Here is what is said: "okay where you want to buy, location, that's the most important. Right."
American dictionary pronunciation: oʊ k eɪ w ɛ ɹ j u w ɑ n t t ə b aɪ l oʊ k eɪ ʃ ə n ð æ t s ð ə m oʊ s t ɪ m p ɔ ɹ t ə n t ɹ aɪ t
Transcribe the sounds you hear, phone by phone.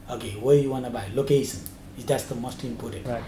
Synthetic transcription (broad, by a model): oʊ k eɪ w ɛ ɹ j u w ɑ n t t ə b aɪ l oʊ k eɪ s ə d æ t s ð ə m oʊ s t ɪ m p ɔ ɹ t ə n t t